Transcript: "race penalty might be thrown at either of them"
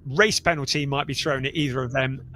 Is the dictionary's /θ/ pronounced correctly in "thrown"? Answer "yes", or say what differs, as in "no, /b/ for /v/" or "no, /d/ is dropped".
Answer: yes